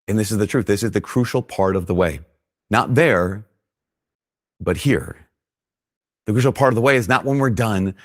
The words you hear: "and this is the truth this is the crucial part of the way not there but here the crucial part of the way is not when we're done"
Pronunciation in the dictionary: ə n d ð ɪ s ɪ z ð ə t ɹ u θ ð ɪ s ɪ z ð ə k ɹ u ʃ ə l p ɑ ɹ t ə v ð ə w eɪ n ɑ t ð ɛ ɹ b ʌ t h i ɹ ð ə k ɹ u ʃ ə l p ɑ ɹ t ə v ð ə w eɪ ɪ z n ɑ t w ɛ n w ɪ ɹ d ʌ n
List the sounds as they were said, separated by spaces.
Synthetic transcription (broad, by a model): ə n ð ɪ s ɪ z ð ə t ɹ u θ ð ɪ s ɪ z ð ə k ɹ u ʃ l p ɑ ɹ t ə v ð ə w eɪ n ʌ t ð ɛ ɹ b ʌ t h i ɹ ð ə k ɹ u ʃ l p ɑ ɹ t ə v ð ə w eɪ ɪ z n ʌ t w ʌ n w ɪ ɹ d ʌ n